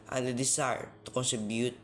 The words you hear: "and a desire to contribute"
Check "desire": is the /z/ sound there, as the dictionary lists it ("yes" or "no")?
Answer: no